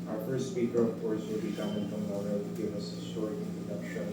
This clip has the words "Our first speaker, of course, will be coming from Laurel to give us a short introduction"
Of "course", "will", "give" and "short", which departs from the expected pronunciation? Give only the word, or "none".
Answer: short